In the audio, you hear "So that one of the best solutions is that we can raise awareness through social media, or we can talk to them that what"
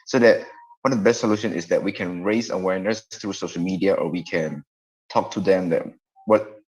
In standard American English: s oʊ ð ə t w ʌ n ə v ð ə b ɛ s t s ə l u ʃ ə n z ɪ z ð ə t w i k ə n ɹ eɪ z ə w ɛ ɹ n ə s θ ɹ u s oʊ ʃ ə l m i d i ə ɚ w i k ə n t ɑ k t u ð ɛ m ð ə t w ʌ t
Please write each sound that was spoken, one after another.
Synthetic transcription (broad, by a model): s oʊ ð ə t w ʌ n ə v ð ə b ɛ s t s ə l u ʃ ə n ɪ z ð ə t w i k ə n ɹ eɪ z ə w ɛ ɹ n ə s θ ɹ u s oʊ ʃ ə l m i d i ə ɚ w i k ə n t ɑ k t u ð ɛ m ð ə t w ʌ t